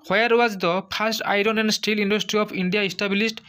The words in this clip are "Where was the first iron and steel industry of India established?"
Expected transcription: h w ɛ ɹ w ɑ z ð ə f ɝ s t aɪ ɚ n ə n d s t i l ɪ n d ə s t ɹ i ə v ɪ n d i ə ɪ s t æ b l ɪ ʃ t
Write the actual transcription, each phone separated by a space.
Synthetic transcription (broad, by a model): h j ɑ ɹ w ɑ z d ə p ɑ s t aɪ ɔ n ə n d s t i l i n d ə s t ɹ i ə p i n d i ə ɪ s t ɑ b l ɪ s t